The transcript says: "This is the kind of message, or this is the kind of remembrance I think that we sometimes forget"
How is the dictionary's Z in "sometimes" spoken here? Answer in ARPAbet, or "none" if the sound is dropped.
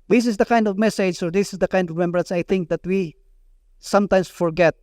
S